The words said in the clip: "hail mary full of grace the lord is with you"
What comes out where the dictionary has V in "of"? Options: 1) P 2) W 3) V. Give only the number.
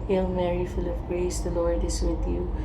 1